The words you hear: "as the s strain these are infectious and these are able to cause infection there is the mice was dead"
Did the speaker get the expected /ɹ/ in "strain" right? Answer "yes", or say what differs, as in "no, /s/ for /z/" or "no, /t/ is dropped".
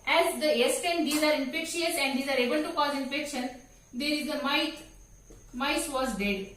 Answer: no, /ɹ/ is dropped